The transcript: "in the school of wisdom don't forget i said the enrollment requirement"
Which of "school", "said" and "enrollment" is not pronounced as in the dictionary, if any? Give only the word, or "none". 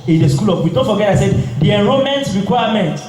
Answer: enrollment